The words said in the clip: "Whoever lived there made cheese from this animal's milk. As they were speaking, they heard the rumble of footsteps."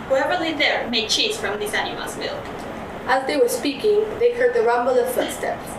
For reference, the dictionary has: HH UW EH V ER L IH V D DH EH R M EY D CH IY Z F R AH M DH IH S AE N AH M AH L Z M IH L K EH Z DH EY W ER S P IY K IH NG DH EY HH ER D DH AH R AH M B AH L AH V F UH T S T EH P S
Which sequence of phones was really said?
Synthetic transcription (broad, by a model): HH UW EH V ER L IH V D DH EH R M EY D CH IY Z F R AH M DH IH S AE N AH M AH L Z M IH L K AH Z DH EY W ER S P IY K IH NG DH EY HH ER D DH AH R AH M B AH L AH V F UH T S T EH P S